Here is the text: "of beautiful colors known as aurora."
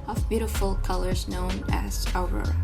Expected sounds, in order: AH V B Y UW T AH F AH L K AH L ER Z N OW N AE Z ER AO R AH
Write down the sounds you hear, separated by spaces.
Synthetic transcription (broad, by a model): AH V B Y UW T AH F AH L K AH L ER Z N OW N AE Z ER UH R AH